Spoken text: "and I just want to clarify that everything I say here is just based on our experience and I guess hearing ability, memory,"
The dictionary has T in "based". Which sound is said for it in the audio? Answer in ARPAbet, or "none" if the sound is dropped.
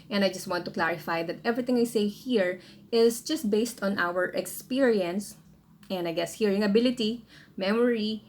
T